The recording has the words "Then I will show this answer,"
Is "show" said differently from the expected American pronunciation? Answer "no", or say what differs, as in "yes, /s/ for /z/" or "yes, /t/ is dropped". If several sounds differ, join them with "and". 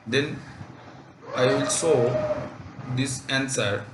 yes, /s/ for /ʃ/